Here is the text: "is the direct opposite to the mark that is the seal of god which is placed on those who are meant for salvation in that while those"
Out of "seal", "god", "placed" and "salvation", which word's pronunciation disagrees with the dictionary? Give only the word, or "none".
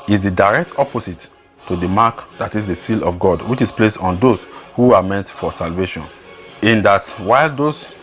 placed